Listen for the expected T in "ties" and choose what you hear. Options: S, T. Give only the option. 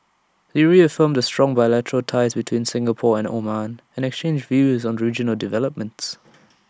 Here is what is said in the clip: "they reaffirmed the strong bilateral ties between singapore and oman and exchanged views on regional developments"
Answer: T